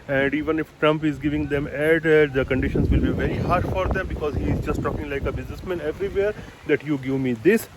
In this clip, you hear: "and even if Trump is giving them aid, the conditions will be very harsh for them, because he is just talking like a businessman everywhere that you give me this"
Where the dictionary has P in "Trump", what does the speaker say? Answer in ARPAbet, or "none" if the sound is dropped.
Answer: P